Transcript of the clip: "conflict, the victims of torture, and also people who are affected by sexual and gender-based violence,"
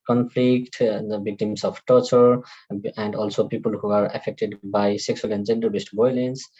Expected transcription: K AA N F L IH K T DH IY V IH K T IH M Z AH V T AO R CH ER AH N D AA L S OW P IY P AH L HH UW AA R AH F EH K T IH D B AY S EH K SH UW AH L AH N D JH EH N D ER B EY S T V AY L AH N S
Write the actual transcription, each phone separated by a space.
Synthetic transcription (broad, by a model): K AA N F L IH K T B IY K T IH M S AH P T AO R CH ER AH N D AA L S OW P IY P AH L HH UW AA R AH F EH K T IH D B AY S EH K S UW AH L AH N D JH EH N D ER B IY S T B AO L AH N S